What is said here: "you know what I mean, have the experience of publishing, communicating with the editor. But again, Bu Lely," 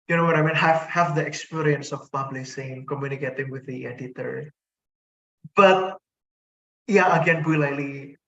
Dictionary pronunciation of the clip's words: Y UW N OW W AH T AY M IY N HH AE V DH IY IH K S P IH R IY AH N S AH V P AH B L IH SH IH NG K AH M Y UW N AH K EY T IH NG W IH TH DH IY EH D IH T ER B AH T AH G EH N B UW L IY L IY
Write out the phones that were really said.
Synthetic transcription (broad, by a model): Y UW N OW W AH T AY M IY N HH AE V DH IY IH K S P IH R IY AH N S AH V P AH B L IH S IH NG K AH M Y UW N AH K EY T IH NG W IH DH IY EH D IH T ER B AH T AH G EH N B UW L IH L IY